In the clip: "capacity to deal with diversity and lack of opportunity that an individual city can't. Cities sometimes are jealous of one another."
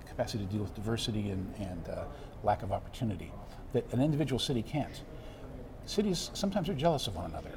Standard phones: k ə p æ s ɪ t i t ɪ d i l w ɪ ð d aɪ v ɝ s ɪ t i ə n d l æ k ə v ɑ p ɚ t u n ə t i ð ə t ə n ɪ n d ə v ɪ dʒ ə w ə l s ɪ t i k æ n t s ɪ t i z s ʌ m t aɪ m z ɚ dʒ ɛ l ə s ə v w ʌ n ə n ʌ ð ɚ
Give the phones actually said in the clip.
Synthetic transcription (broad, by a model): k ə p æ s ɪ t i t ɪ d i l w ɪ ð d aɪ v ɝ s ɪ t i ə n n l æ k ə v ɑ p ɚ t u n ə t i ð ə t ə n ɪ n d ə v ɪ dʒ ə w l s ɪ t i k æ n t s ɪ t i z s ʌ m t aɪ m z ɚ dʒ ɛ l ə s ə v w ʌ n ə n ʌ ð ɚ